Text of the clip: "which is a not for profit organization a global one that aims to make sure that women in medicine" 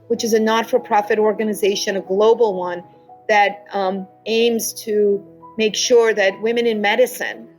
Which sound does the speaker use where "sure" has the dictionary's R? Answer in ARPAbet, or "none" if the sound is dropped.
R